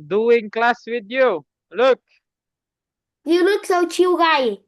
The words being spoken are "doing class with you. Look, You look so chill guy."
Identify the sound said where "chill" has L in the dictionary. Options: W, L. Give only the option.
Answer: W